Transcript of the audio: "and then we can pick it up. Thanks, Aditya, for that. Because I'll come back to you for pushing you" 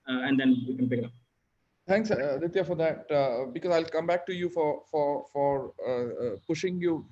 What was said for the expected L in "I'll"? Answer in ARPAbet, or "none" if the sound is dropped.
L